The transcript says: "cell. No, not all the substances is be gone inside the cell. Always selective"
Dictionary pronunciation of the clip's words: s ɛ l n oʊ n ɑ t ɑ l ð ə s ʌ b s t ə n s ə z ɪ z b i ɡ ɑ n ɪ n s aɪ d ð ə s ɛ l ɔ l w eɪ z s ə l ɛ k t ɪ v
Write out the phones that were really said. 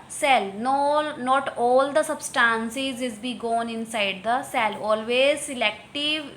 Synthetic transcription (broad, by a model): s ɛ l n oʊ n ɑ t ɑ l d ə s ʌ b s t ə n s ə z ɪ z b i ɡ ɑ n ɪ n s aɪ d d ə s ɛ l ɔ l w eɪ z s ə l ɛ k t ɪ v